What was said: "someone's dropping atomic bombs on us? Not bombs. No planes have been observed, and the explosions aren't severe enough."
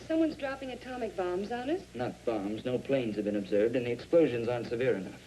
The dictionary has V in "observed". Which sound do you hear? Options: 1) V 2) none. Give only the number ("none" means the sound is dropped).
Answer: 1